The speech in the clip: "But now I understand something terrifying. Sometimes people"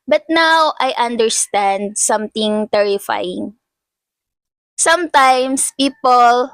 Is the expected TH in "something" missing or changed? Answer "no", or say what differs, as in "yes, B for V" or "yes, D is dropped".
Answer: yes, T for TH